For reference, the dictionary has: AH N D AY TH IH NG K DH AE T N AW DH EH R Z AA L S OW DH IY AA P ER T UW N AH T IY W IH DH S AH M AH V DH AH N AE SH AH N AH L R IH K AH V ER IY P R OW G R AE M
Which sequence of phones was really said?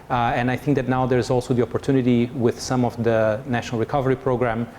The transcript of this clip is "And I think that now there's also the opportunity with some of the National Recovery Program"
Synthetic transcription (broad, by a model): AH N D AY TH IH NG K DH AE T N AW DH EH R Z AA L S OW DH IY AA P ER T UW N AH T IY W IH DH S AH M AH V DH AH N AE SH AH N AH L R IH K AH V ER IY P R OW G R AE M